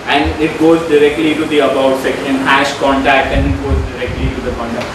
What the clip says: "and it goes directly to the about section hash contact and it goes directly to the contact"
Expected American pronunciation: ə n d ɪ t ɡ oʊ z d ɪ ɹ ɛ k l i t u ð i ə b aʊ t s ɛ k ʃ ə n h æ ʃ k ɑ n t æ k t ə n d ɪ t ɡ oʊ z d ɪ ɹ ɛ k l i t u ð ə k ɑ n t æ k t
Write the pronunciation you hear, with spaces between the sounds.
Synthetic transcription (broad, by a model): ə n d ɪ t ɡ oʊ z d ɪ ɹ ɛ k l i t u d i ə b aʊ t s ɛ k ə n h æ ʃ k ɑ n t æ k t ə n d ɪ t ɡ oʊ z d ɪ ɹ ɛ k l i t u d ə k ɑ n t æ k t